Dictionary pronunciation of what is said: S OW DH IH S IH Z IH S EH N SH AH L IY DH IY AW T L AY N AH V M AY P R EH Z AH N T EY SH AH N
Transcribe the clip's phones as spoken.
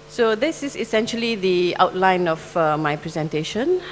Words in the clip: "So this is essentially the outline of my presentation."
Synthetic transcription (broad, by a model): S OW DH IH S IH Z IH S EH N SH AH L IY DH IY AW T L AY N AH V M AY P R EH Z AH N T EY SH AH N